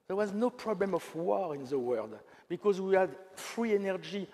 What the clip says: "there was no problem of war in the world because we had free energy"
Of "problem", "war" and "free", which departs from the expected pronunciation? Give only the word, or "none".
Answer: none